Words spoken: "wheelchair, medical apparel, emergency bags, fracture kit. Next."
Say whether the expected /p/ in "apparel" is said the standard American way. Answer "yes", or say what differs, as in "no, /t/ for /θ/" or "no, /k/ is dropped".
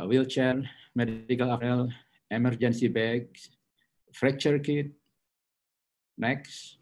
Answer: no, /p/ is dropped